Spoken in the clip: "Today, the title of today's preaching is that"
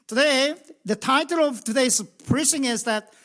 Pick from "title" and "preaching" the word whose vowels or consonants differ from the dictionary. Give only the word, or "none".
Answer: preaching